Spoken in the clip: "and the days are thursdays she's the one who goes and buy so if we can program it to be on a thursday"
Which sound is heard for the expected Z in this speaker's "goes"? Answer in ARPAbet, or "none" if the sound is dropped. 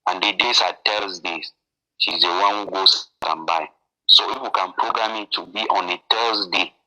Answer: S